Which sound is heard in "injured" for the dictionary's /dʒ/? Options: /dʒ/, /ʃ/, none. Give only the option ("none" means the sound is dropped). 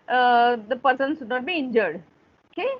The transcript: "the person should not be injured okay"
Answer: /dʒ/